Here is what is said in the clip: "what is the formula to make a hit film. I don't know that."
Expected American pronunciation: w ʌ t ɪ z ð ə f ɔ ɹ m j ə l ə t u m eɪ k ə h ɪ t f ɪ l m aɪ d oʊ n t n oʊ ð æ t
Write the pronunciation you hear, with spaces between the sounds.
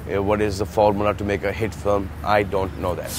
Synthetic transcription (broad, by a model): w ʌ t ɪ z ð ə f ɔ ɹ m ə n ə t u m eɪ k ə h ɪ t f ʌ m aɪ d oʊ n t n oʊ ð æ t